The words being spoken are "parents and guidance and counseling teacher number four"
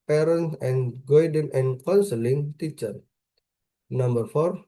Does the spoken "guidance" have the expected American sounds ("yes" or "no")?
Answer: no